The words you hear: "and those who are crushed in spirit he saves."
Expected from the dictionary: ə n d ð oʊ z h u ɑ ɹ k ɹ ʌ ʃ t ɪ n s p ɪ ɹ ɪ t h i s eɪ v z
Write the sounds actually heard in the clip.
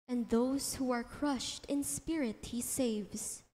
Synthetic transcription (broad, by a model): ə n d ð oʊ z h u ɑ ɹ k ɹ ʌ ʃ t ɪ n s p ɪ ɹ ɪ t h i s eɪ v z